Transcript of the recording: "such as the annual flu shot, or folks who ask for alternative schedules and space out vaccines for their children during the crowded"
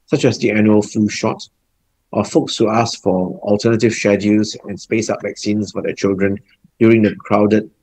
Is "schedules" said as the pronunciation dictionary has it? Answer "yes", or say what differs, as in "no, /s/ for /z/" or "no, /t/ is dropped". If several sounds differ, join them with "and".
no, /l/ is dropped